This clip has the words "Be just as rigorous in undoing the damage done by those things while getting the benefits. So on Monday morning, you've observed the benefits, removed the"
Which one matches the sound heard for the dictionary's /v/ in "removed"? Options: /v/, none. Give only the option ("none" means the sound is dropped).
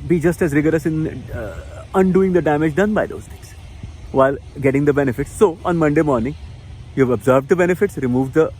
/v/